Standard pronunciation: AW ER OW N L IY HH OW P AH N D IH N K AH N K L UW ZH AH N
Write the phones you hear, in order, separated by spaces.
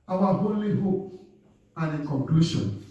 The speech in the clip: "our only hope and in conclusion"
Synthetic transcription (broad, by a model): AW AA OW L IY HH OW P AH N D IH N K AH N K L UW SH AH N